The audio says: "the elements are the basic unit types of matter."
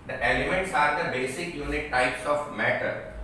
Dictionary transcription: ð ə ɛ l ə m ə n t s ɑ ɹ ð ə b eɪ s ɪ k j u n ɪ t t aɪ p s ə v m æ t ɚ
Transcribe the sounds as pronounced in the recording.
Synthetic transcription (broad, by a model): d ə ɛ l ə m ə n t s ɑ ɹ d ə b eɪ s ɪ k j u n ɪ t t aɪ p s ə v m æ t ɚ